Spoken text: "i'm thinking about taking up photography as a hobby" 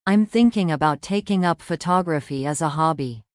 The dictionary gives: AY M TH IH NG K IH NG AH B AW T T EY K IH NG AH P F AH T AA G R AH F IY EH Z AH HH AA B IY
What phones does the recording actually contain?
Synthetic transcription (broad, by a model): AY M TH IH NG K IH NG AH B AW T T EY K IH NG AH P F AH T AA G R AH F IY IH Z AH HH AA B IY